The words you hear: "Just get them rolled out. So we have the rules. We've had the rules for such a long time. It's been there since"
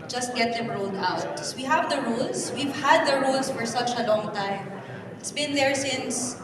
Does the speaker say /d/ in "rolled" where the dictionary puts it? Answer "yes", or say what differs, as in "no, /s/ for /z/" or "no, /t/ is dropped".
yes